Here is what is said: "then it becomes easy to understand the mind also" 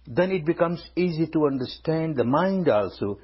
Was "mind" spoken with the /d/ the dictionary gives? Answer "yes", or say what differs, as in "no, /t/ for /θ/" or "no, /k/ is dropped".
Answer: yes